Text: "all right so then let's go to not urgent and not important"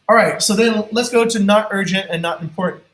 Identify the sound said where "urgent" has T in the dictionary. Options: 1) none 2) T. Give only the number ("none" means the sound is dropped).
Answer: 2